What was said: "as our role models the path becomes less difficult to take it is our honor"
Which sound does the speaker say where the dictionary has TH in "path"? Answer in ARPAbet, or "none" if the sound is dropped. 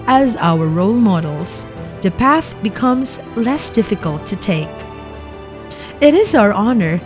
TH